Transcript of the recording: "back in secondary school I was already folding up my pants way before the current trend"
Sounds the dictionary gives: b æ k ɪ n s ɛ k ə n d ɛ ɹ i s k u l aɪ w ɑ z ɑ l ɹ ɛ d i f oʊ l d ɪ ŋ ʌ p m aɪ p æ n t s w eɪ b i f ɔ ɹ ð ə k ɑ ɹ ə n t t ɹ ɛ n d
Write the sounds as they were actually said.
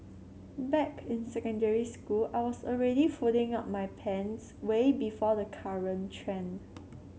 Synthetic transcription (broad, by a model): b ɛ k ɪ n s ɛ k ə n d ɛ ɹ i s k u l aɪ w ɑ s ɑ l ɹ ɛ d i f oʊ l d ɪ ŋ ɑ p m aɪ p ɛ n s w eɪ b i f ɔ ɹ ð ə k ɑ ɹ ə n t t ɹ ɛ n